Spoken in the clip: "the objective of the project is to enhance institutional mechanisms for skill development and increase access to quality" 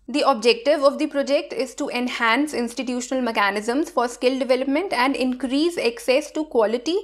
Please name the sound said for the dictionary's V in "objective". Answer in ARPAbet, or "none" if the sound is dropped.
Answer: V